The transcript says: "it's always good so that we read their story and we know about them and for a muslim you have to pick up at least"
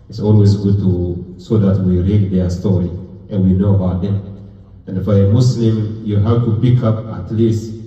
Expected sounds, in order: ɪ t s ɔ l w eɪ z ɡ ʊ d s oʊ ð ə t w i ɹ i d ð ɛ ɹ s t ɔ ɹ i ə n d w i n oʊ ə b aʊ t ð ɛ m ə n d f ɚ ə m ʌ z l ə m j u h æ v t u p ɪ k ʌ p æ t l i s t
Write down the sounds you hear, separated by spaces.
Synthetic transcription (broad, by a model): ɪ t s ɔ l w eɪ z ɡ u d s oʊ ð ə t w i ɹ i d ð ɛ s t ɔ ɹ i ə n w i n oʊ ə b aʊ t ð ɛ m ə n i f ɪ ə m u s l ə m j u h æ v t u p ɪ k ʌ p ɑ t l i s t